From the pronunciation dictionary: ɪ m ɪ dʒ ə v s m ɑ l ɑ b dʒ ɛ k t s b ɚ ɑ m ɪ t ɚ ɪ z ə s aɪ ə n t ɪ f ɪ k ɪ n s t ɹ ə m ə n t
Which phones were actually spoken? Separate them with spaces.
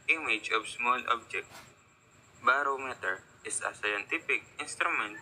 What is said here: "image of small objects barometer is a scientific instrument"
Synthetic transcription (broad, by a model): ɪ m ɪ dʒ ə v s m ɑ l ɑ b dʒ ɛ k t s b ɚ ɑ m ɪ t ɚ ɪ s ə s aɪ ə n t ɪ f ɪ k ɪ n s t ɹ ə m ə n t